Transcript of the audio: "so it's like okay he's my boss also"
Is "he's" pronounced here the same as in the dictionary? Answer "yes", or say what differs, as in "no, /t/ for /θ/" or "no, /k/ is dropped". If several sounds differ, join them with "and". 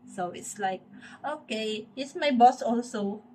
no, /s/ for /z/